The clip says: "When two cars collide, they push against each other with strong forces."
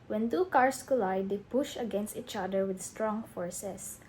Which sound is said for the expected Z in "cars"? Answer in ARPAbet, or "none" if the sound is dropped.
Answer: S